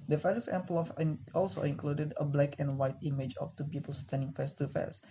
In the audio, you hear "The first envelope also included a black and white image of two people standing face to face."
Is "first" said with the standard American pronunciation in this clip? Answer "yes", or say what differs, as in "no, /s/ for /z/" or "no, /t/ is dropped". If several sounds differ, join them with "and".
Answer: no, /t/ is dropped